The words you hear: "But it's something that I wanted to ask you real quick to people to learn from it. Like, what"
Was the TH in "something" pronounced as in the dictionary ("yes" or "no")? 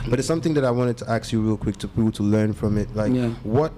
yes